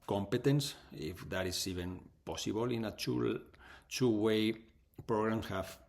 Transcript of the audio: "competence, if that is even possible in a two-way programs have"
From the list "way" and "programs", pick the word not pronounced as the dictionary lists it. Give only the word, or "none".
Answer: programs